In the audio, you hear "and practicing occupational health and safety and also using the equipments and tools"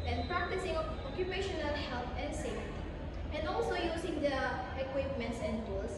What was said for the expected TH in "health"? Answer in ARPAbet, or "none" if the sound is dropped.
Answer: T